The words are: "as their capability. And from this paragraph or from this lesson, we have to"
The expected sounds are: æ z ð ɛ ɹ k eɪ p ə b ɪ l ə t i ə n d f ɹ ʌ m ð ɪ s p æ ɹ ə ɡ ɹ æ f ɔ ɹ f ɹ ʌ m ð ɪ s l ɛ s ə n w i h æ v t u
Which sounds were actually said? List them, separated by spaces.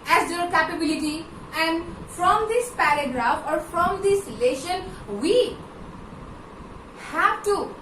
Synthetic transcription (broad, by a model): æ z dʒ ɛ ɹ k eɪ p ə b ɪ l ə t i ə n d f ɹ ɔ m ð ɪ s p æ ɹ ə ɡ ɹ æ f ɔ ɹ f ɹ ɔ m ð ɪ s l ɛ ʃ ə n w i h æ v t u